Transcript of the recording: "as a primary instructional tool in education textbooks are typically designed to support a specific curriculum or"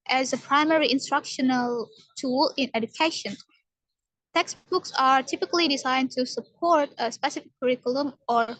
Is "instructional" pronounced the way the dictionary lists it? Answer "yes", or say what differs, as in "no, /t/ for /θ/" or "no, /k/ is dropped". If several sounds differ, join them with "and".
yes